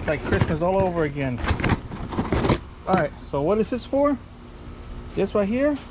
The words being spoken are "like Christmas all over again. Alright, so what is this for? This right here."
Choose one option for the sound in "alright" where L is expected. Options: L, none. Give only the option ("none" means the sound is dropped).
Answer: none